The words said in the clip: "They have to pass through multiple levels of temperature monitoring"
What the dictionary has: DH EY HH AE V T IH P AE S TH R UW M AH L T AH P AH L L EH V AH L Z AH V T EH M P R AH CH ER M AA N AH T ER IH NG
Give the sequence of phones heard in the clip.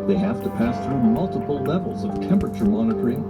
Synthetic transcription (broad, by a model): DH EY HH AE F T IH P AE S TH R UW M AH L T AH P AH L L EH V L Z AH V T EH M P R AH CH ER M AA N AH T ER IH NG